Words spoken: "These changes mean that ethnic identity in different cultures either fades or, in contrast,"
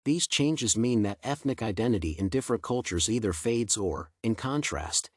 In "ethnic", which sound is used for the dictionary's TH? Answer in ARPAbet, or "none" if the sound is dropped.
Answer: TH